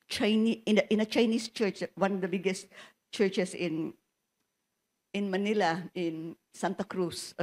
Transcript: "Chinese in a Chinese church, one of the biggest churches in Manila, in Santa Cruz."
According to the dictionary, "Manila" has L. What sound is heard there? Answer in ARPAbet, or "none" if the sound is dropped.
L